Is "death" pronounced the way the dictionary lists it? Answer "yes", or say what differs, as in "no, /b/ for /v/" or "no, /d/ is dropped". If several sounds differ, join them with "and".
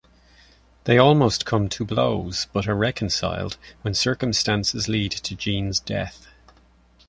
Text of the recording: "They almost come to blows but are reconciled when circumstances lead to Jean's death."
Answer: yes